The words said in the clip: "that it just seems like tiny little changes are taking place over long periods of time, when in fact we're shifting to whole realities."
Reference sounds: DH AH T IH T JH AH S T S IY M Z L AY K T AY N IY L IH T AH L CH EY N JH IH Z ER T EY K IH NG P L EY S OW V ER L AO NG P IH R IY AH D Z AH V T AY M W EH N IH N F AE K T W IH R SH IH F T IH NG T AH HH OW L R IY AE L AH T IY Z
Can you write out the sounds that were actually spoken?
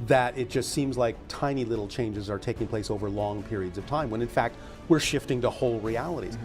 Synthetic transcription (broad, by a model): DH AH T IH T JH AH S T S IY M Z L AY K T AY N IY L IH T L CH EY N JH IH Z ER T EY K IH NG P L EY S OW V ER L AO NG P IH R IY AH D Z AH V T AY M W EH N IH N F AE K T W IH R SH IH F T IH NG T AH HH OW L R IY AE L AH T IY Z